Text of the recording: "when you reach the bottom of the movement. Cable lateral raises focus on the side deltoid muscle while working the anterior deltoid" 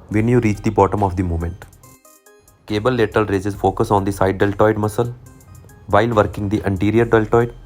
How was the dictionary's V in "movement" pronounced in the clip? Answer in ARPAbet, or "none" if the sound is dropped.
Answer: none